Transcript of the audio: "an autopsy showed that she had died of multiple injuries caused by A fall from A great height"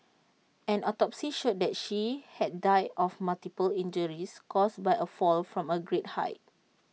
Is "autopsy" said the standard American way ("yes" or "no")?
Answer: yes